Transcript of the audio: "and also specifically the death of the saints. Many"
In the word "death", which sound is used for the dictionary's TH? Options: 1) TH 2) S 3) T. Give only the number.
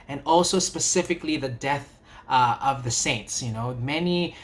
1